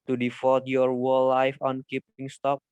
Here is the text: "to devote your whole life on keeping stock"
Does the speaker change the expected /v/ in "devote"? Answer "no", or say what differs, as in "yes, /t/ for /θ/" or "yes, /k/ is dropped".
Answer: yes, /f/ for /v/